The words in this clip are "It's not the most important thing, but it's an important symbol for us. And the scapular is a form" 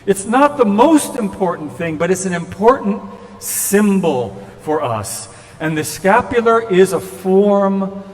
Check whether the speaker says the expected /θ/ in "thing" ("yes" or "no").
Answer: yes